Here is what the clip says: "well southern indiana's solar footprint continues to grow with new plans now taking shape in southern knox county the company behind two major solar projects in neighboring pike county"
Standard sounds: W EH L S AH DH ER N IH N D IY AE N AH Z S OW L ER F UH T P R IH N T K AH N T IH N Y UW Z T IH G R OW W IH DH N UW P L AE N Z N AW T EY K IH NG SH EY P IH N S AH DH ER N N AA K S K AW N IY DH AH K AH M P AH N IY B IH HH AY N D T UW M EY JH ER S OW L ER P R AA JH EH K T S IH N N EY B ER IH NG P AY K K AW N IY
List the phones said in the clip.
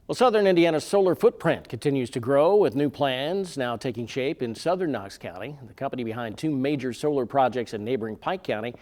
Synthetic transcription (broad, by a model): W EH L S AH DH ER N IH N D IY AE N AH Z S OW L ER F UH T P R IH N T K AH N T IH N Y UW Z T IH G R OW W IH DH N UW P L AE N Z N AW T EY K IH NG SH EY P IH N S AH DH ER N N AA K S K AW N IY DH AH K AH M P AH N IY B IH HH AY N T UW M EY JH ER S OW L ER P R AA JH EH K T S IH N N EY B ER IH NG P AY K K AW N IY